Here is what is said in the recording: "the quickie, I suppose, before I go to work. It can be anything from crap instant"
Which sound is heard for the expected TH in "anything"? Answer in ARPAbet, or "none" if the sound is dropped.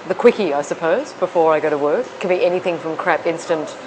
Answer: TH